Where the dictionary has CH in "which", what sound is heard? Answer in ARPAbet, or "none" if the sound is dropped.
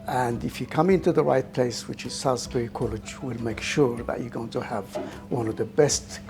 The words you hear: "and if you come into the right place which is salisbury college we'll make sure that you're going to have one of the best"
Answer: CH